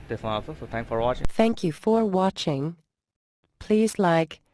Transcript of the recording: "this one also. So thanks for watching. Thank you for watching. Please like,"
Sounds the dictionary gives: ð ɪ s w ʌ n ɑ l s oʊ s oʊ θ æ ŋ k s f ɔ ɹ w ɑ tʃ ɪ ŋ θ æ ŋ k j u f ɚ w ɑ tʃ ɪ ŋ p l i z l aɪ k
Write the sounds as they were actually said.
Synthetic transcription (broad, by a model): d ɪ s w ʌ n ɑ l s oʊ s oʊ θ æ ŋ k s f ɔ ɹ w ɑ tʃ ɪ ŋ θ æ ŋ k j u f ɚ w ɑ tʃ ɪ ŋ p l i z l aɪ k